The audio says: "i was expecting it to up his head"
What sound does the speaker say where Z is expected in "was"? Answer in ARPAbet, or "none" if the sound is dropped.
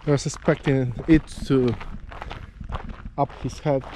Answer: S